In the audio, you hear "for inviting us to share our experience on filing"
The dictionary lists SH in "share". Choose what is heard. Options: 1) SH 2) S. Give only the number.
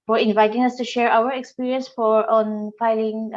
1